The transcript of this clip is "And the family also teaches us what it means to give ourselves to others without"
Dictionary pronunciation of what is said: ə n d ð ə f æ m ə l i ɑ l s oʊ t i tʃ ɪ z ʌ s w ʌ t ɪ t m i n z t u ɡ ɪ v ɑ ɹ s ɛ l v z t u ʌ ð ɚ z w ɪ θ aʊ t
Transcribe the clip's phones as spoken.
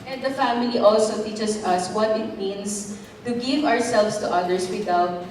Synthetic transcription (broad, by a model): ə n d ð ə f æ m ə l i ɑ l s oʊ t i tʃ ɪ s ʌ s w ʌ t ɪ t m i n s t u ɡ ɪ v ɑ ɹ s ɛ l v s t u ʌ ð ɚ s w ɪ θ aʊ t